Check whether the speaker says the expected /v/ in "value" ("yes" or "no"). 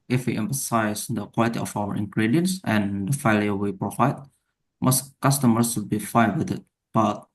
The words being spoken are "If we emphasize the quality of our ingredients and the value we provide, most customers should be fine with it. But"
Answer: no